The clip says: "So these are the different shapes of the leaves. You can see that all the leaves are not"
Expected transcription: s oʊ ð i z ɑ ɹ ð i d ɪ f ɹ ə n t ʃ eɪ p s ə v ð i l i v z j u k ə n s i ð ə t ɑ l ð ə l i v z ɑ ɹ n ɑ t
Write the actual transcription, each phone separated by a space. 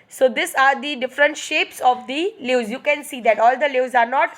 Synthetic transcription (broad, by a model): s oʊ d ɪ s ɑ ɹ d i d ɪ f ɹ ə n t ʃ eɪ p s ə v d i l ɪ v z j u k ə n s i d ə t ɑ l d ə l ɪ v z ɑ ɹ n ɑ t